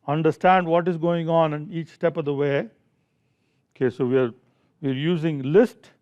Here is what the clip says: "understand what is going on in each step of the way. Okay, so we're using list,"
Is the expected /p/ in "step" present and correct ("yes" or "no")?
yes